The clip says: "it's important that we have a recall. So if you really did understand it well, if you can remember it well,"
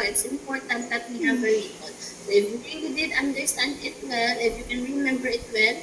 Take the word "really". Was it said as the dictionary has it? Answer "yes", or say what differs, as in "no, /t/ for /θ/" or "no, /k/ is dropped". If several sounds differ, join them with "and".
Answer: no, /n/ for /l/